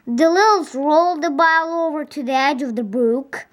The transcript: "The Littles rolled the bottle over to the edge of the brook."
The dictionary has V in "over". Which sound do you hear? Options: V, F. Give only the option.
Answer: V